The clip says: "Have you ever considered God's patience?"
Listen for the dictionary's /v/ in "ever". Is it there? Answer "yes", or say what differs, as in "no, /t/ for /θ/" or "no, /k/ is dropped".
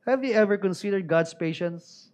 yes